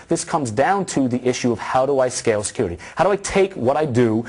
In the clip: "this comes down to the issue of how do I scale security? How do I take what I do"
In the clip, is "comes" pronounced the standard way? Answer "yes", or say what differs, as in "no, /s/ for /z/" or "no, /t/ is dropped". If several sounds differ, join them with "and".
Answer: yes